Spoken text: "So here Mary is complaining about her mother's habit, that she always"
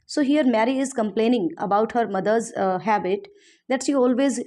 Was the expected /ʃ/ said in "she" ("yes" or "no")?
yes